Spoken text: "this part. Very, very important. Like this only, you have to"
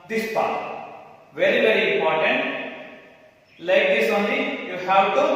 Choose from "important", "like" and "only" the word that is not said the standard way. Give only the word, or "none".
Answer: only